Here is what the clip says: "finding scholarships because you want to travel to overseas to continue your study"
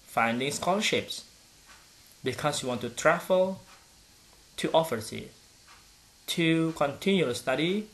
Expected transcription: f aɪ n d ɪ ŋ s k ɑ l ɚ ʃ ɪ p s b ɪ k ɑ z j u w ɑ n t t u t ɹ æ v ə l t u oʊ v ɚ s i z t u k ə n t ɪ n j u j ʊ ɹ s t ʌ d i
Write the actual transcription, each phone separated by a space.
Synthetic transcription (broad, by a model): f aɪ n d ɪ ŋ s k ɑ l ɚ ʃ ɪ p s b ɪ k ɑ s j u w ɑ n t t u t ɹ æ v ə l t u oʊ f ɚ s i t u k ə n t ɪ n j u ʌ s t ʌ d i